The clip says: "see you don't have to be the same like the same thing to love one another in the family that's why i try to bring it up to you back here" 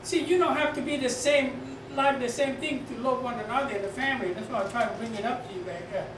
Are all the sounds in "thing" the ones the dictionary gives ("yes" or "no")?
yes